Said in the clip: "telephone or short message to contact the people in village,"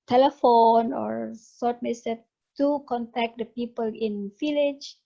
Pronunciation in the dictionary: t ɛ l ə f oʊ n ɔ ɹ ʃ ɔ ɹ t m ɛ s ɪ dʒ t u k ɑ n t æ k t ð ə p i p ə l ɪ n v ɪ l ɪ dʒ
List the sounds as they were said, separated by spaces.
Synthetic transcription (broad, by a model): t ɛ l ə f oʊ n ɔ ɹ s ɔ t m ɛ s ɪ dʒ t u k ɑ n t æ k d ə p i p ə l ɪ n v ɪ l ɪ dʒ